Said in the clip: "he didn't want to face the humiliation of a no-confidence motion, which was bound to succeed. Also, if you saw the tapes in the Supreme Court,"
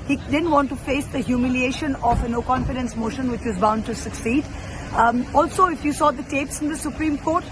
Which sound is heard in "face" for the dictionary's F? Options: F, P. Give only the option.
F